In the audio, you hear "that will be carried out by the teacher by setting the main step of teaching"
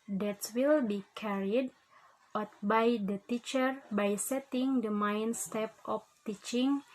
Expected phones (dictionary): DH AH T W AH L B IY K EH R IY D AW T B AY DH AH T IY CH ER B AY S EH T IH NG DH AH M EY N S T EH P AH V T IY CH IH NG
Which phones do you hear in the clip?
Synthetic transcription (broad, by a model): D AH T W AH L B IY K EH R IY D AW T B AY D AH T IY CH ER B AY S EH T IH NG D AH M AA N S T EH P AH F T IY CH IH NG